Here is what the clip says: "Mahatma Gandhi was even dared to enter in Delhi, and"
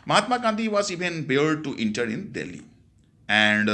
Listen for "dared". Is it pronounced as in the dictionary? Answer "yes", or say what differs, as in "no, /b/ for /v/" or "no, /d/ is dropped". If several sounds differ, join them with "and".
no, /l/ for /ɹ/